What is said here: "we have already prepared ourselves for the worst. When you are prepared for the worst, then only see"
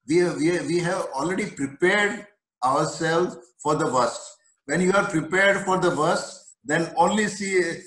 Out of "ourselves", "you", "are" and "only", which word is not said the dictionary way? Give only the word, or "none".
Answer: ourselves